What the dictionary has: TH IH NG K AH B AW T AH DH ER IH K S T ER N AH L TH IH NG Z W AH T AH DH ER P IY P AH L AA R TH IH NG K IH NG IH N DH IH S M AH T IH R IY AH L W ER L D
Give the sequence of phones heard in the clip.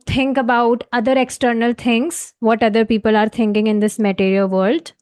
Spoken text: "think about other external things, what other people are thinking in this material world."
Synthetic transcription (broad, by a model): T IH NG K AH B AW T AH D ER IH K S T ER N AH L T IH NG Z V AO T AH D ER P IY P AH L AA R T IH NG K IH NG IH N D IH S M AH T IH R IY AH L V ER L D